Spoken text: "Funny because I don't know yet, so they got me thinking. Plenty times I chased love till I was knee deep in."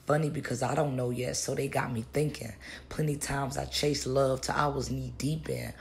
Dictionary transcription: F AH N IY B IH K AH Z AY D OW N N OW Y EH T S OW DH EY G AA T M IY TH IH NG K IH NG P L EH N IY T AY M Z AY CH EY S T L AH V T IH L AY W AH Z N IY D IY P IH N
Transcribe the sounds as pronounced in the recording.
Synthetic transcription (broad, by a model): F AH N IY B IH K AH Z AY D OW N N OW Y EH T S OW DH EY G AA T M IY TH IH NG K IH NG P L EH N IY T AY M Z AY CH EY S L AH V T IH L AY W AH Z N IY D IY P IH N